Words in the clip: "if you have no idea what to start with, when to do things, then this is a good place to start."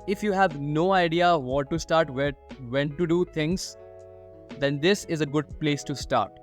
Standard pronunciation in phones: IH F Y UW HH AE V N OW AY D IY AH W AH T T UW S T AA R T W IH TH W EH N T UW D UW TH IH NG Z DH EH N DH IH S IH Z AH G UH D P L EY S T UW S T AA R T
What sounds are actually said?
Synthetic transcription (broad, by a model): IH F Y UW HH AE V N OW AY D IY AH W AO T T UW S T AA R T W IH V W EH N T UW D UW T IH NG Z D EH N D IH S IH Z AH G UH D P L EY S T UW S T AA R T